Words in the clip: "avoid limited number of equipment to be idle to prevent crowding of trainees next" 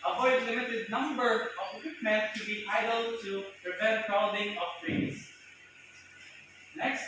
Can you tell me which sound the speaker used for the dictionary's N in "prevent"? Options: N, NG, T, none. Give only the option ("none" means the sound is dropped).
none